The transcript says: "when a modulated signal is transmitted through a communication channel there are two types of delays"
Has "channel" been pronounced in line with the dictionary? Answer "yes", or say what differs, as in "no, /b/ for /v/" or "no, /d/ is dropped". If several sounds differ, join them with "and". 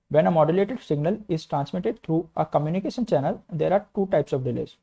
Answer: yes